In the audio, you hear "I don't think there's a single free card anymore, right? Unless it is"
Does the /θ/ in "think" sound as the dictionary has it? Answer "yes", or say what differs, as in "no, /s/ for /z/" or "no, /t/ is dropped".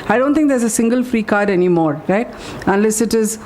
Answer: no, /t/ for /θ/